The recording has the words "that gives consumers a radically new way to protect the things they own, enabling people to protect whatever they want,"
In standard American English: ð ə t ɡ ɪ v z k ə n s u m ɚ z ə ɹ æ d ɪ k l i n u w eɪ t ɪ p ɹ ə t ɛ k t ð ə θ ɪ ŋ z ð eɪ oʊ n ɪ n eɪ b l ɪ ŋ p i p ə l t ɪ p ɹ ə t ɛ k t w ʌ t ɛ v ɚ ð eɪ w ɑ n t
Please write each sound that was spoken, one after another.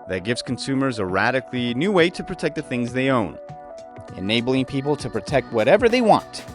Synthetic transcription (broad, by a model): ð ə t ɡ ɪ v z k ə n s u m ɚ z ə ɹ æ d ɪ k l i n u w eɪ t ɪ p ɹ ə t ɛ k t ð ə θ ɪ ŋ z ð eɪ oʊ n ɪ n eɪ b l ɪ ŋ p i p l t ɪ p ɹ ə t ɛ k t w ʌ t ɛ v ɚ ð eɪ w ɑ n t